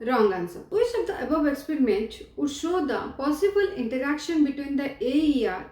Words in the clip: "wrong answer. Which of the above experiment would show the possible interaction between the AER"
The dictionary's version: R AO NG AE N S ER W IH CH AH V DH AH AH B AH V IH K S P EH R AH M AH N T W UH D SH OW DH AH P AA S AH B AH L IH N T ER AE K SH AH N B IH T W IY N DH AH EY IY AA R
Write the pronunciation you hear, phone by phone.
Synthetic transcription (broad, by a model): R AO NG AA N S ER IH S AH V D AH AH B AH V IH K S P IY R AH M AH N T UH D SH OW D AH P AA S AH B AH L IH N T ER AE K SH AH N B IH T W IY N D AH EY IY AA R